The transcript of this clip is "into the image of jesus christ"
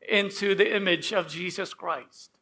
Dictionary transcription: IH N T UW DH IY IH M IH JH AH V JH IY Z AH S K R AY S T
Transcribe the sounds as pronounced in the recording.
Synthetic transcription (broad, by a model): IH N T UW DH IY IH M IH JH AH V JH IY Z AH S K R AY S T